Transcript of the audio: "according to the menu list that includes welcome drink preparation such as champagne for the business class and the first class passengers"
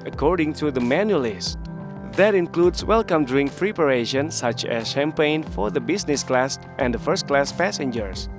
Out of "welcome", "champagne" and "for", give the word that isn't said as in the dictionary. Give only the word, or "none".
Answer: none